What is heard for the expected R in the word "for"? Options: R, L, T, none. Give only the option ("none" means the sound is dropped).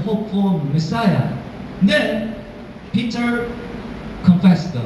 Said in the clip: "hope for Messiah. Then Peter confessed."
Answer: L